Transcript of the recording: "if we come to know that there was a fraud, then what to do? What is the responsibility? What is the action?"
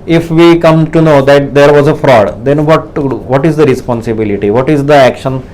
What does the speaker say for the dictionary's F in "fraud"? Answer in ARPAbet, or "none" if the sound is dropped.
F